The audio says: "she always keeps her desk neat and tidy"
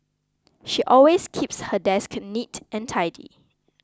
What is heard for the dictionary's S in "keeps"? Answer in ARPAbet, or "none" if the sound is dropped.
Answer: S